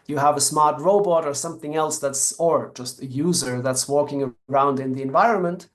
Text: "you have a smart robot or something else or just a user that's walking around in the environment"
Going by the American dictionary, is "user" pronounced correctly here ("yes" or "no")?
yes